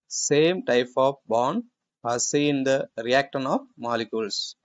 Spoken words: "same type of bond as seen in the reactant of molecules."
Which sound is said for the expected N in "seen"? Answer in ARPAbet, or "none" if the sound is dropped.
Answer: none